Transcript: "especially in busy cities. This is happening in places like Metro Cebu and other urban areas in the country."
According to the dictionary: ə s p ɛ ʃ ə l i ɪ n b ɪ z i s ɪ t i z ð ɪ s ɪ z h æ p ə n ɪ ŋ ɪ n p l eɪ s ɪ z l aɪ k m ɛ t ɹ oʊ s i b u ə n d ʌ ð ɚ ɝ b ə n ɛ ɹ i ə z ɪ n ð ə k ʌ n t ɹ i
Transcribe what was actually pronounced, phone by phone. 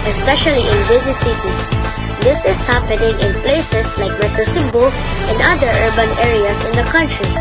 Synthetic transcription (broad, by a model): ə s p ɛ ʃ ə l i ɪ n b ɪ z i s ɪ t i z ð ɪ s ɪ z h æ p ə n ɪ ŋ ɪ n p l eɪ s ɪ s l aɪ k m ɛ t oʊ s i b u ə n d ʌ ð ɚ ɝ b ə n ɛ ɹ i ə s ɪ n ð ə k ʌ n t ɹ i